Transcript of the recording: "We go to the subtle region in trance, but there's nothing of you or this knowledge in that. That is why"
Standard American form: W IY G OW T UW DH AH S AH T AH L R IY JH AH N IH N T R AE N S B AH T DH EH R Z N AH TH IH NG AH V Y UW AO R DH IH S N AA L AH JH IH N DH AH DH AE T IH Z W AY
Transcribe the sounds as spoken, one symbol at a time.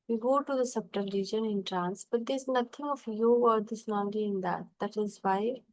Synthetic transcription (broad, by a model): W IY G OW T UW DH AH S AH T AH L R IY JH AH N IH N T R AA N S B AH T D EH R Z N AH T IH NG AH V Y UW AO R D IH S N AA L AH IH N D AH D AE T IH Z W AY